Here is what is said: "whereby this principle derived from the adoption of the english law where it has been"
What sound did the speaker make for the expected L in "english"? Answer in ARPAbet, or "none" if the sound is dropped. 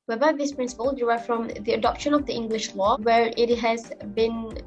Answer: L